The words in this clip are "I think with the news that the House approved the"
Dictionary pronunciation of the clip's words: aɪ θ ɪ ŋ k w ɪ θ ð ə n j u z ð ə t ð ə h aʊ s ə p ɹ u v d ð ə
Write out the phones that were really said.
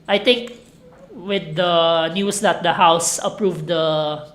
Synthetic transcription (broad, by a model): aɪ t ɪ ŋ k w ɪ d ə n j u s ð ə t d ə h aʊ s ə p ɹ u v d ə